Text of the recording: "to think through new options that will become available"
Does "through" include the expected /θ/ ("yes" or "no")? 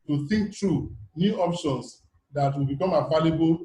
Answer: no